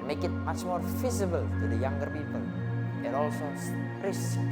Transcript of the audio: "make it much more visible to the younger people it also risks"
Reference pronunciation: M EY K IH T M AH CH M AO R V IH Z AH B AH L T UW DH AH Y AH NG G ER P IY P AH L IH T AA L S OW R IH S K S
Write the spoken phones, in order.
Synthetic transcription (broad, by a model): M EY K IH T M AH CH M AO R F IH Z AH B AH L T UW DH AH Y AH NG G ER P IY P AH L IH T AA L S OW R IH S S